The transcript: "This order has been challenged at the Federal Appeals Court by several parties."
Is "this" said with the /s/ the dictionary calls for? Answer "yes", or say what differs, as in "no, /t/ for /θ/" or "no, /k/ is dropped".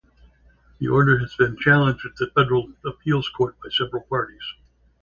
no, /s/ is dropped